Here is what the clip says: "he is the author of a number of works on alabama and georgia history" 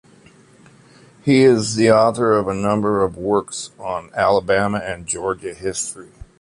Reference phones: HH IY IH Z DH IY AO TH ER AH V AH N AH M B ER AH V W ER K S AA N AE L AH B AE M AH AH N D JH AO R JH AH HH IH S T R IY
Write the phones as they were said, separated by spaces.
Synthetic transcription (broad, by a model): HH IY IH Z DH IY AO TH ER AH V AH N AH M B ER AH V W ER K S N AE L AH B AE M AH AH N JH AO R JH AH HH IH S T R IY